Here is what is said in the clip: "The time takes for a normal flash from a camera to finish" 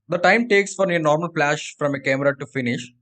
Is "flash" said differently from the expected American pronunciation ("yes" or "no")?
yes